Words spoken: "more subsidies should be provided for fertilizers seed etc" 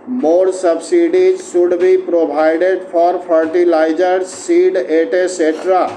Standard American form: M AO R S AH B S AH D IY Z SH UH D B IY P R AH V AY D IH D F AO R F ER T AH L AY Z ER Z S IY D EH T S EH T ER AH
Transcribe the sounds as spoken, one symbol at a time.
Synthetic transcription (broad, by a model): M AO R S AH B S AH D IY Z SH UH D B IY P R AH B AY D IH D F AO R P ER T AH L AY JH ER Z S IY D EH T S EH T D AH